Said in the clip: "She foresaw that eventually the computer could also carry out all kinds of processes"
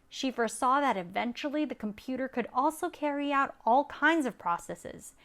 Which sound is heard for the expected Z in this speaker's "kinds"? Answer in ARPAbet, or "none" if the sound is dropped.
Z